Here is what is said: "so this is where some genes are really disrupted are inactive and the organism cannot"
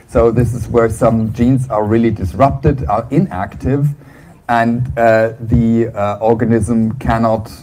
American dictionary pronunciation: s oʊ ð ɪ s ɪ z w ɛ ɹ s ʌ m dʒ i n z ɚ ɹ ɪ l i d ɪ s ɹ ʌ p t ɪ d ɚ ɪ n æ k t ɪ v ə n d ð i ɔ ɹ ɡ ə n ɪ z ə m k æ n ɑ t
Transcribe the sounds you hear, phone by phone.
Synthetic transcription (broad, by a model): s oʊ ð ɪ s ɪ z w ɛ ɹ s ʌ m dʒ i n z ɚ ɹ ɪ l i d ɪ s ɹ ʌ p t ɪ d ɚ ɪ n æ k t ɪ v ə n ð i ɔ ɹ ɡ ə n ɪ z ə m k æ n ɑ t